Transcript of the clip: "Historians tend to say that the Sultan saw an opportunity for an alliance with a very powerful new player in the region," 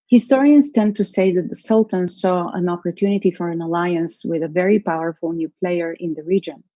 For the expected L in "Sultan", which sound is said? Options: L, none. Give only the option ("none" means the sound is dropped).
L